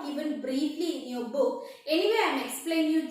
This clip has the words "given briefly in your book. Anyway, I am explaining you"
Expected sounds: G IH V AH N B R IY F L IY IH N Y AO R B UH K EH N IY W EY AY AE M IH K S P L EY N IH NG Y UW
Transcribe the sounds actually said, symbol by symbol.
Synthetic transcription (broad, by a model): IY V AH N B R IY F L IY IH N Y AO R B UH K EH N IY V EY AY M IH K S P L EY IH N Y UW